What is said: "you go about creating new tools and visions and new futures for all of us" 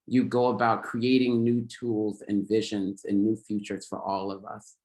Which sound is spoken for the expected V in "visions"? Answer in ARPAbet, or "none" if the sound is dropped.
V